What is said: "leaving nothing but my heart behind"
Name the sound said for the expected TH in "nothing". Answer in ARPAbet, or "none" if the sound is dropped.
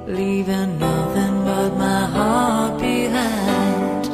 TH